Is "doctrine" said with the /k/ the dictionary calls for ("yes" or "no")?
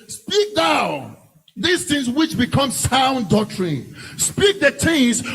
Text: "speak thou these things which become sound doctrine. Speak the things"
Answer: no